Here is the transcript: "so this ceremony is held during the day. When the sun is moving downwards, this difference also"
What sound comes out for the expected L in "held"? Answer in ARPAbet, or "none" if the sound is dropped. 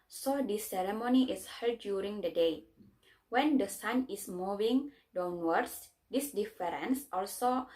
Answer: none